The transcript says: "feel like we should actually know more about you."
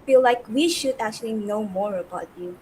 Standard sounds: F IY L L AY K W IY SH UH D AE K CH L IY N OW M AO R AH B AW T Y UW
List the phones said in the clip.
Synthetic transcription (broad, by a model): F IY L L AY K W IY SH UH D AE K CH L IY N OW M AO R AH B AW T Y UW